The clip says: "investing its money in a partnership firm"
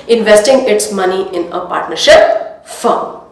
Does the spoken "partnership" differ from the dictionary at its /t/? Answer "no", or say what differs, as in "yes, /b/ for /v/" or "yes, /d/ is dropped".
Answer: no